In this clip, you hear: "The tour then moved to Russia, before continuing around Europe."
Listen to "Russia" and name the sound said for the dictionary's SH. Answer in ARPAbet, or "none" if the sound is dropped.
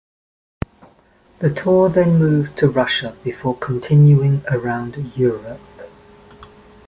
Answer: SH